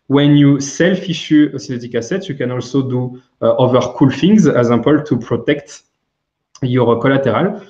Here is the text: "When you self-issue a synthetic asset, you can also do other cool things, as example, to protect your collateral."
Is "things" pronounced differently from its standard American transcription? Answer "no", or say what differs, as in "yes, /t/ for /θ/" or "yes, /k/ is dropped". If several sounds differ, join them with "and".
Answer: yes, /f/ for /θ/